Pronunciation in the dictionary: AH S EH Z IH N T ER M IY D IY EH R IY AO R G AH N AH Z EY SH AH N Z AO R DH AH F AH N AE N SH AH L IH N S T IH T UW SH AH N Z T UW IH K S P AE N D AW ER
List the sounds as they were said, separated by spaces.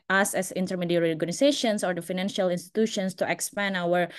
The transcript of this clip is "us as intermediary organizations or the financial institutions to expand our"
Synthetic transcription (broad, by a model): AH S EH S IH N T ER M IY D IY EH R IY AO R G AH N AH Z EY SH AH N S AO R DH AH F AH N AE N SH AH L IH N S T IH T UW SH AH N S T UW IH K S P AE N AW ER